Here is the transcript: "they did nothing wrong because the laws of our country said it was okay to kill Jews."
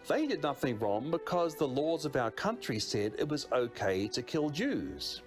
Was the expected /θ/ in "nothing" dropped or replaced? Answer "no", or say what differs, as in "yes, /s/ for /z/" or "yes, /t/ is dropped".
no